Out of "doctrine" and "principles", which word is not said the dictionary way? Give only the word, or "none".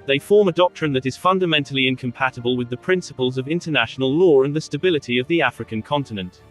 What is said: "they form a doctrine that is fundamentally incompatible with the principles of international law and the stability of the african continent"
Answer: none